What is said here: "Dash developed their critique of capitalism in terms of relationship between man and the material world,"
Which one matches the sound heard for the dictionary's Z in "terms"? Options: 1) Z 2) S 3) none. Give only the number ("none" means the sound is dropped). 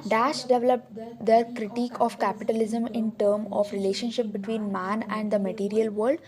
3